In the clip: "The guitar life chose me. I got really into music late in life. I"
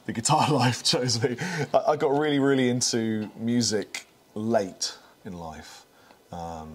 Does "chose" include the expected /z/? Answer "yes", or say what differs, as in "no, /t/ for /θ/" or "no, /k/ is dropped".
yes